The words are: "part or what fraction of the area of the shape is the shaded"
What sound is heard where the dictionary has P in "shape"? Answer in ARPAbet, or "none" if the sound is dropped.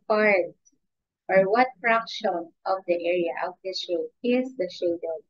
none